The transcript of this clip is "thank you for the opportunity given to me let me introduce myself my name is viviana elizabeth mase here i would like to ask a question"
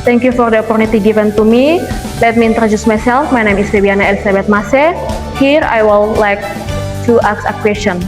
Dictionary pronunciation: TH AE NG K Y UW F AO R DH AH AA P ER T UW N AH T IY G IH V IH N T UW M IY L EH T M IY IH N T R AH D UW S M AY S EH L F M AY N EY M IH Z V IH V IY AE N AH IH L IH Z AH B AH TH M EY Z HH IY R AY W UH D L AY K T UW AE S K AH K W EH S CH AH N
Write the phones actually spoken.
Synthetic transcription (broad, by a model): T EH NG K Y UW F AO R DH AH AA P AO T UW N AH T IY G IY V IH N T UW M IY L EH T M IY N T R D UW S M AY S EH L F M AY N EY M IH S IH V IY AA N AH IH L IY S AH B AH T M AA S HH IY R AY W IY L L AY K T UW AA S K AH K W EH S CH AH N